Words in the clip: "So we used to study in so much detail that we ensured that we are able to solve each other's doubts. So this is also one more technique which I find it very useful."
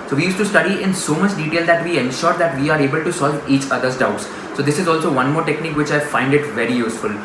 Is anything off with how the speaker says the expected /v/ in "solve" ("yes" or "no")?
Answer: no